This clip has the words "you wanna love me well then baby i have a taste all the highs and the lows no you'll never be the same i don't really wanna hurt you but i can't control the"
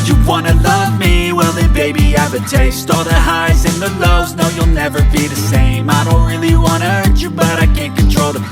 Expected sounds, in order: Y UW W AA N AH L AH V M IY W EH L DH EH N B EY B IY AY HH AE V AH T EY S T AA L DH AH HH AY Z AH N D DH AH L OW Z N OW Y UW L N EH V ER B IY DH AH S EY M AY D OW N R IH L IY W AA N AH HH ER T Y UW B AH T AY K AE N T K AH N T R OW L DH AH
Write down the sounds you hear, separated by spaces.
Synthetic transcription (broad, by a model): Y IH W AA N AH L AH V M IY W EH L DH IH B EY B IY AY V AH T EY S T AA L DH AH HH AY Z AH N DH AH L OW Z N OW Y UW L N EH V ER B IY DH AH S EY M AY D OW N R IH L IY W AA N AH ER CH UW B AH T AY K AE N K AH N T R OW L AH